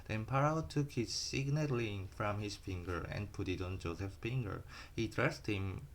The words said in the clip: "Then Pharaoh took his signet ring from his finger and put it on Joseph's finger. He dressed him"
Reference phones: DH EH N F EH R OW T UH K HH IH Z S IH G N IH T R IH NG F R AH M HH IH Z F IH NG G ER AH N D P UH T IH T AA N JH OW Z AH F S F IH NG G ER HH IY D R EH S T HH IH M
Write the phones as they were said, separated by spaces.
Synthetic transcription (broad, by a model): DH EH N P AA R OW T UH K HH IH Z S IH G N IH T L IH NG F R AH M HH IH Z F IH NG G ER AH N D P UH T IH T AA N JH OW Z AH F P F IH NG G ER HH IY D R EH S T HH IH M